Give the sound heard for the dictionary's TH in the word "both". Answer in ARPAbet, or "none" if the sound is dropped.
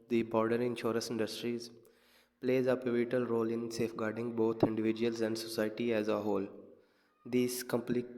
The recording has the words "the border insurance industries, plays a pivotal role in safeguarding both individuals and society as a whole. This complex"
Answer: T